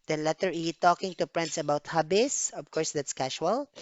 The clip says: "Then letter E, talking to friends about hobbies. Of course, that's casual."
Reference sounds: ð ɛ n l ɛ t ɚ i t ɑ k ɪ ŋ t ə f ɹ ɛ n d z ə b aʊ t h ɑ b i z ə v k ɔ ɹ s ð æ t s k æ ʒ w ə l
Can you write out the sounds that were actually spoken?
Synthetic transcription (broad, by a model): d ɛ n l ɛ t ɚ i t ɑ k ɪ ŋ t ə p ɹ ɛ n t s ə b aʊ t h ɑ b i s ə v k ɔ ɹ s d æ t s k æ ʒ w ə l